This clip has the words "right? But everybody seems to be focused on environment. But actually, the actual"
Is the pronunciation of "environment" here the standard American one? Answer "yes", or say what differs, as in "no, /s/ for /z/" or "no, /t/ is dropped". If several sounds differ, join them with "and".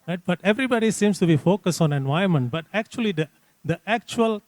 no, /ɹ/ is dropped